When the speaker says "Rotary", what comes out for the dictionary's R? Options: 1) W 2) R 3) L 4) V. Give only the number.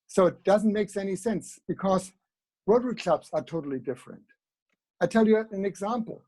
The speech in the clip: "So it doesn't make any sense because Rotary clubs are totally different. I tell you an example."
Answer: 1